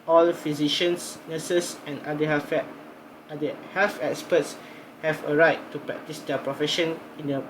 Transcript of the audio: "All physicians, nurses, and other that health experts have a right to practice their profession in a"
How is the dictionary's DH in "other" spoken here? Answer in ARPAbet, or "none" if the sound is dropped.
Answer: none